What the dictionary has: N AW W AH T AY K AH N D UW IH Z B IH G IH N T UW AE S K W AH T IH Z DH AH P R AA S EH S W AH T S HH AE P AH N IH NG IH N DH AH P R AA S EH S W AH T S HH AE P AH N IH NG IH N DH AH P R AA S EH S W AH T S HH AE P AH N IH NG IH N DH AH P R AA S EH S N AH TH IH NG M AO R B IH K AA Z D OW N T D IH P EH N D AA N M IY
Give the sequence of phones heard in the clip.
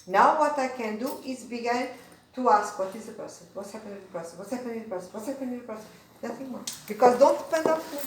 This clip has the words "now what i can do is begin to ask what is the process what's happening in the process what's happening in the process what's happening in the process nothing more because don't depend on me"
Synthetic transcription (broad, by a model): N AW W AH T AY K AH N D UW IH Z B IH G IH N T UW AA S K W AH T IH Z DH AH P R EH S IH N W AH T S HH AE P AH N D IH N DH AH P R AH S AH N W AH T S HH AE P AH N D IH N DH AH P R S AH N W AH T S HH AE P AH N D IH N DH AH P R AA S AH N N AH TH IH NG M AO B IH K AA Z D OW N T D IH P EH N D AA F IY